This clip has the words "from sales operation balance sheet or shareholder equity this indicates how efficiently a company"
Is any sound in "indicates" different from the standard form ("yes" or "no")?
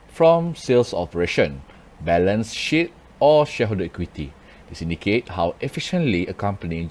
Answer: yes